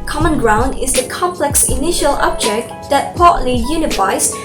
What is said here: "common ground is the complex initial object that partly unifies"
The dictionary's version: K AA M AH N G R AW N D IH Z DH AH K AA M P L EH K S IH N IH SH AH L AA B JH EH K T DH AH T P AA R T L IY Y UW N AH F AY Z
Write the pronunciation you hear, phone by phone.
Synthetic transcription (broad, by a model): K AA M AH N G R AW N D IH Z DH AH K AA M P L EH K S IH N IH SH AH L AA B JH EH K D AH T P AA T L IY Y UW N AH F AY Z